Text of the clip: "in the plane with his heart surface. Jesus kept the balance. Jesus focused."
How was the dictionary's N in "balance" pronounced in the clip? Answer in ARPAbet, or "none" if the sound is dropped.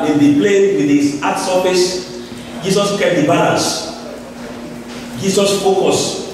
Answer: none